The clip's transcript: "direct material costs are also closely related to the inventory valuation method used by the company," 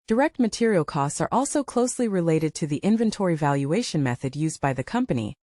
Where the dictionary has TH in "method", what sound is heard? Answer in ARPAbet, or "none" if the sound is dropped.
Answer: TH